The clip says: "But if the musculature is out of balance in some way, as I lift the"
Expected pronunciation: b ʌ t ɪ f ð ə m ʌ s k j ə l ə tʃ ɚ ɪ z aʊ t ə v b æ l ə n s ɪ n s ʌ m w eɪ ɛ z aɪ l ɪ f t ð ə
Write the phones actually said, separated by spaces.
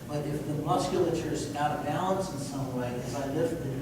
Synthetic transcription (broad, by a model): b ʌ t ɪ f ð ə m ʌ s k j l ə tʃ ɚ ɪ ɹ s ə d b æ l ə n s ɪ n s ʌ m w eɪ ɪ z aɪ l ɪ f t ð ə